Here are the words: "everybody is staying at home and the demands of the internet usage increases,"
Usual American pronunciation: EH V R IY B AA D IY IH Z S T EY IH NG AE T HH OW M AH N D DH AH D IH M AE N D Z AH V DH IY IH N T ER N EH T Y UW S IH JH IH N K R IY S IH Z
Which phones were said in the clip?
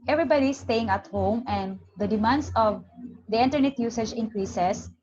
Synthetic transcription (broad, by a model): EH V R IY B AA D IY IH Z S T EY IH NG AE T HH OW M AH N D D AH D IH M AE N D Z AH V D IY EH N T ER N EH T Y UW S IH JH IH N K R IY S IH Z